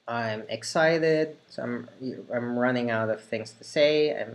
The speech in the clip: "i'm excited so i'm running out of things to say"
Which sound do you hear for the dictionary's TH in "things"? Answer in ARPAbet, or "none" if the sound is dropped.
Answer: TH